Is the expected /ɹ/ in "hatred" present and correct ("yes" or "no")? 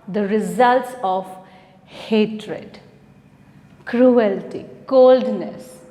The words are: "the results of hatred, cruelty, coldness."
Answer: yes